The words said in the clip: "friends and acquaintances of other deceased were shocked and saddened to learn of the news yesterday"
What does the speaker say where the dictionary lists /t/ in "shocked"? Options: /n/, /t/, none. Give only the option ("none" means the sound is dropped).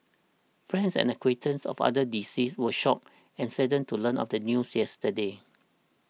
none